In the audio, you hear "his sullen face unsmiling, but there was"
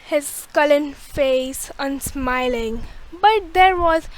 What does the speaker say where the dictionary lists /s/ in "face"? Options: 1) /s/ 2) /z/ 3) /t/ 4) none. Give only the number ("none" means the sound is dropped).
1